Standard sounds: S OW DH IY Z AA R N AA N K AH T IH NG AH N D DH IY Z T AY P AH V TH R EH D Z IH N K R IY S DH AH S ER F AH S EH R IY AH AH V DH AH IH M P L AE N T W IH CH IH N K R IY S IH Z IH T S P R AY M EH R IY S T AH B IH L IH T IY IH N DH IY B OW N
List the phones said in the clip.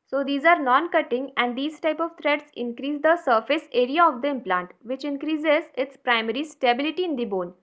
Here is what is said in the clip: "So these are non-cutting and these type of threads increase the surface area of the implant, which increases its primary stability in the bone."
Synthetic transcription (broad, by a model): S OW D IY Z AA R N AA N K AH T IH NG AH N D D IY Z T AY P AH V T R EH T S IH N K R IY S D AH S ER F AH S EH R IY AH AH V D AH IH M P L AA N T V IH CH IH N K R IY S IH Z IH T S P R AY M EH R IY S T AH B IH L IH T IY IH N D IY B OW N